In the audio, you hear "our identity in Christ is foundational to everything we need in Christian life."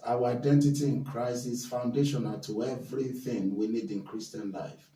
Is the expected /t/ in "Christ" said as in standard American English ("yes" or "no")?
no